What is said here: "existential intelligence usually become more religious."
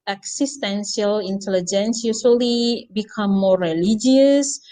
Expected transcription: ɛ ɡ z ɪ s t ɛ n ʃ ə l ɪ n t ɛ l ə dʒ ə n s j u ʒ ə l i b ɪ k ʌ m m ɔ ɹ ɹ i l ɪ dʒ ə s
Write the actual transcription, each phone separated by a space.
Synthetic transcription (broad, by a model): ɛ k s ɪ s t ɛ n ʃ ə l ɪ n t ɛ l ə dʒ ə n s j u s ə l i b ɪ k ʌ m m ɔ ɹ ɹ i l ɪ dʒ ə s